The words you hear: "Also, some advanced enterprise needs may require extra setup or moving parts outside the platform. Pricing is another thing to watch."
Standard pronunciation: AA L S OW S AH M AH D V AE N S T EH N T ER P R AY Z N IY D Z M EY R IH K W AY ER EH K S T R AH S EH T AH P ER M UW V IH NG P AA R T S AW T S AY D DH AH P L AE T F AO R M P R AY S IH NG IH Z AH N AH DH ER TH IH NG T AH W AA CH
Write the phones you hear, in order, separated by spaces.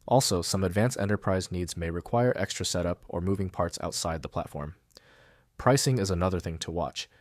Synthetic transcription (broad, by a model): AA L S OW S AH M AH D V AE N S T EH N T ER P R AY Z N IY D Z M EY R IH K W AY ER EH K S T R AH S EH T AH P ER M UW V IH NG P AA R T S AW T S AY D DH AH P L AE T F AO R M P R AY S IH NG IH Z AH N AH DH ER TH IH NG T AH W AA CH